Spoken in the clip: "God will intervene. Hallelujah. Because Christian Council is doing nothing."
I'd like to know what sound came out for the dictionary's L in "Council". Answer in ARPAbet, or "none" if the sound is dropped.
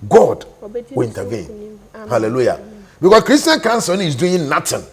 N